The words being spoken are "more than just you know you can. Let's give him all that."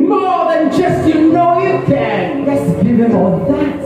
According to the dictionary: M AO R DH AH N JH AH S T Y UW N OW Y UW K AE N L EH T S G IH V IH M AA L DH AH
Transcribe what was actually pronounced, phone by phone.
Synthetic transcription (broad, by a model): M AO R DH AH N JH AH S T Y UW N OW Y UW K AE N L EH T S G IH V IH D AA N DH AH